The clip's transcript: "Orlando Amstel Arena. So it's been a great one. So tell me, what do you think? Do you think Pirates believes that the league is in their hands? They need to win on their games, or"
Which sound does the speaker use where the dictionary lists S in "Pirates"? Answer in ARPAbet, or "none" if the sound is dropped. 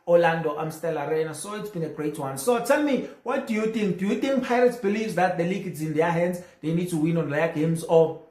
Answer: S